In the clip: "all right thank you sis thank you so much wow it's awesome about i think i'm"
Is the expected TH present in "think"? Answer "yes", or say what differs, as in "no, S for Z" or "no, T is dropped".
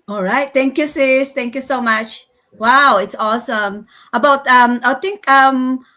no, T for TH